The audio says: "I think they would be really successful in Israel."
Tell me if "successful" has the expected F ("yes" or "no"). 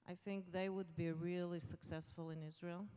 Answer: yes